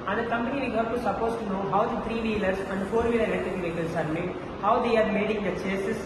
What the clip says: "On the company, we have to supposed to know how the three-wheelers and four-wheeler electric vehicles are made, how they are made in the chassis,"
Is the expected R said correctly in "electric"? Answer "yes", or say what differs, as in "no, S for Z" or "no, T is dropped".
no, R is dropped